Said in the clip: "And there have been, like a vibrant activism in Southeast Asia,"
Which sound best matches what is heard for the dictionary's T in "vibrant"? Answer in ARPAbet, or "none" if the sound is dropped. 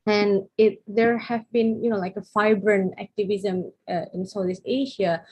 none